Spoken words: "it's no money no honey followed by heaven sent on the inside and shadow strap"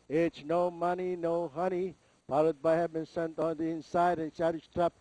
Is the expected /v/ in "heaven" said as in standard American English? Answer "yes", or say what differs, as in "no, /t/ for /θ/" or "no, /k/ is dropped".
no, /b/ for /v/